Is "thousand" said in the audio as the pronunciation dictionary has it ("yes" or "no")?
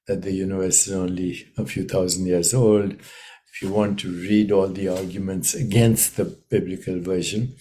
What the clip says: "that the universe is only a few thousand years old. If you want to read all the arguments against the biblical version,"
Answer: no